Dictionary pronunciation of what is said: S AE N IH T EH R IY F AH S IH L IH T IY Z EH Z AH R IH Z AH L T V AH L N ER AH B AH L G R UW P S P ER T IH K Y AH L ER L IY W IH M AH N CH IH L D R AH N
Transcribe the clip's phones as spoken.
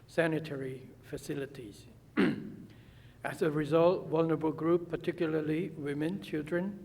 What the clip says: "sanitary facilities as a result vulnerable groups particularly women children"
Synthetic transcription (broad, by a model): S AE N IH T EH R IY F AH S IH L IH T IY Z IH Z AH R IH Z AH L T W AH L N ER B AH L G R UW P P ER T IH K Y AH L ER L IY W IH M AH N CH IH L D R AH N